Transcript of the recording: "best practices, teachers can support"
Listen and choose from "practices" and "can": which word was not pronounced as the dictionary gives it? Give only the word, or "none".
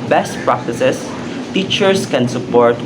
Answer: practices